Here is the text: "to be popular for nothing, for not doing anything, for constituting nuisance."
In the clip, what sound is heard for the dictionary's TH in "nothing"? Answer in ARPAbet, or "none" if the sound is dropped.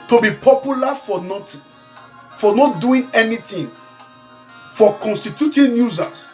T